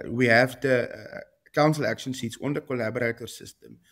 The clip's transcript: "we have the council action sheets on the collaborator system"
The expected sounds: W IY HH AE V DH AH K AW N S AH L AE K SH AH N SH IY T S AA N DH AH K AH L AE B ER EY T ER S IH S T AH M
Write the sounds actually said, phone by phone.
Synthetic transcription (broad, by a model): W IY HH AE V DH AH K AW N S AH L AE K SH AH N S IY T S AA N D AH K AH L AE B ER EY T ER S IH S T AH M